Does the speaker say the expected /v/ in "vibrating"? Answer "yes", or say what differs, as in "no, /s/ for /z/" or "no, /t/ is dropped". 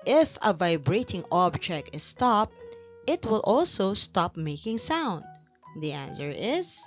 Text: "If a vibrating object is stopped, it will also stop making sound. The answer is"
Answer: yes